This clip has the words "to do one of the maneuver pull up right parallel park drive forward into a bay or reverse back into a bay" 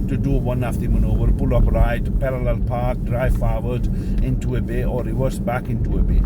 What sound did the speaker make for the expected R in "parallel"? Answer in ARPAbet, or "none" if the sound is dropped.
R